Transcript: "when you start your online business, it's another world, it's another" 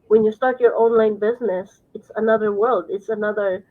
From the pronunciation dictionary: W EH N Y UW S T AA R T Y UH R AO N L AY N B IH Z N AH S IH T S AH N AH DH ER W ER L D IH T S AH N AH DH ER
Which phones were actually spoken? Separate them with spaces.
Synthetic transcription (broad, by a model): W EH N Y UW S T AA R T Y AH R AO N L AY N B IH Z N AH S IH T S AH N AH DH ER W ER L D IH T S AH N AH DH ER